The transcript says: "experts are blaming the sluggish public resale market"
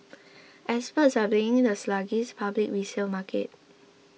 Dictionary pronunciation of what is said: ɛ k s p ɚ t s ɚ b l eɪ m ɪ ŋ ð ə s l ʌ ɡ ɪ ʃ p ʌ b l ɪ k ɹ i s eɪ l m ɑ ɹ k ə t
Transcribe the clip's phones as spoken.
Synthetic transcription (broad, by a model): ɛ s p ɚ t s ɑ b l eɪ ɪ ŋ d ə s l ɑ ɡ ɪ s p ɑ b l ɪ k ɹ i s eɪ l m ɑ k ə t